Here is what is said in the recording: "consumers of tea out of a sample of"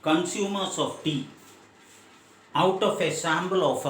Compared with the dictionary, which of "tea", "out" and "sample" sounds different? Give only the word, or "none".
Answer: sample